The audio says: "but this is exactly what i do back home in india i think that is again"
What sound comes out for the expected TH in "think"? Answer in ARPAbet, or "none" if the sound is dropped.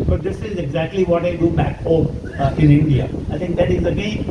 T